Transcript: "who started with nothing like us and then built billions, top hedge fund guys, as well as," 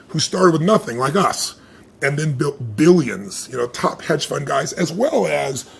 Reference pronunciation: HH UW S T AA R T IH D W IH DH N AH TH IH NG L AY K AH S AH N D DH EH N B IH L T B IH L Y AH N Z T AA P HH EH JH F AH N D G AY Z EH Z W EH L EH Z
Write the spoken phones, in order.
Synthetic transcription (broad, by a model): HH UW S T AA R T IH D W IH DH N AH TH IH NG L AY K AH S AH N DH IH N B IH L T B IH L Y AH N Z T AA P HH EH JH F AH N G AY Z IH Z W EH L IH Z